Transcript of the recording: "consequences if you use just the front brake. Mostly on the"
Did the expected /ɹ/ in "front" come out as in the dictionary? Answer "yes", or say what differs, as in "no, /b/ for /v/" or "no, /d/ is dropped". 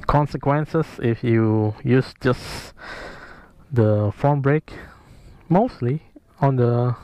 no, /ɹ/ is dropped